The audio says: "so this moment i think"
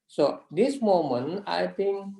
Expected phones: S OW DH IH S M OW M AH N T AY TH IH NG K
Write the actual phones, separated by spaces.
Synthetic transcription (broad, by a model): S OW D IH S M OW M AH N AY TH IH NG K